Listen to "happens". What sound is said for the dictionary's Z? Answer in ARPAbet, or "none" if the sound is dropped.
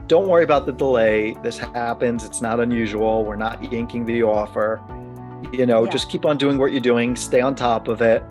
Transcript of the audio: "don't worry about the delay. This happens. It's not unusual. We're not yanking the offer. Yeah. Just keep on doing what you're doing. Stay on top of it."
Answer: Z